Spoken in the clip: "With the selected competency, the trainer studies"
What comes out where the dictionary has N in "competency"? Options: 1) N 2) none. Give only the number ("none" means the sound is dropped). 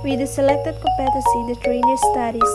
2